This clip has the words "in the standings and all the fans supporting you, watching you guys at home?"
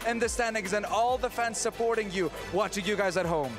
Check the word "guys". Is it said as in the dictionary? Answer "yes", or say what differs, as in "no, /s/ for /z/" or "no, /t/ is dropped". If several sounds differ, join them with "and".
yes